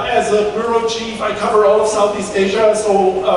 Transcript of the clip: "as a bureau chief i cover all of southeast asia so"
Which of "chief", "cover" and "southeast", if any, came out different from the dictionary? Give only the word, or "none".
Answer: none